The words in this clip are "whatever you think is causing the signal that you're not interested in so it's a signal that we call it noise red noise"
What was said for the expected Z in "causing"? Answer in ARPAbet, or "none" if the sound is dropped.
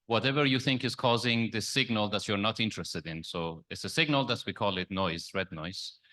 Z